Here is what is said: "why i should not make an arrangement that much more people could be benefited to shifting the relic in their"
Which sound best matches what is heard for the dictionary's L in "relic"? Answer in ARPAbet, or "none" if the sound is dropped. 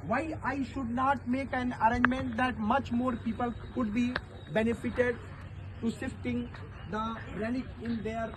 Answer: N